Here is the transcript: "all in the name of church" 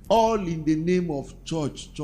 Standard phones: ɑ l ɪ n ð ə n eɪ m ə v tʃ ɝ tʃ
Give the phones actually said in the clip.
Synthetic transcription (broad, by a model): ɑ l ɪ n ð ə n eɪ m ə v tʃ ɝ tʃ